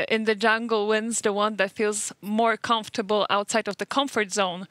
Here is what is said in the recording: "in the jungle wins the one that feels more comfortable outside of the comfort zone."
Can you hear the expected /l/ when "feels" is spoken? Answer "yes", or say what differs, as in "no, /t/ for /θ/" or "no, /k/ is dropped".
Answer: yes